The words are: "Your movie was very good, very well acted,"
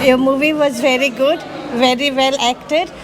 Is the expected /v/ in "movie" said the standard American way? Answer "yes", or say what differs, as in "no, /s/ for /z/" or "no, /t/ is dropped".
yes